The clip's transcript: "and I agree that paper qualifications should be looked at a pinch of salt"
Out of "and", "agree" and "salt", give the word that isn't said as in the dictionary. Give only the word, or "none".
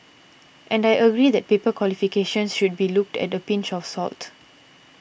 none